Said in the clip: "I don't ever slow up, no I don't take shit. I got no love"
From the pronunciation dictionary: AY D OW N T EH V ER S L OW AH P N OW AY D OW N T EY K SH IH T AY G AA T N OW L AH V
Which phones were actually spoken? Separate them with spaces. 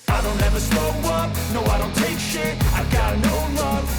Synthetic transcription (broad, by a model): AY D OW N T EH V ER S OW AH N N OW AY D OW N T EY K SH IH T AY G AA T N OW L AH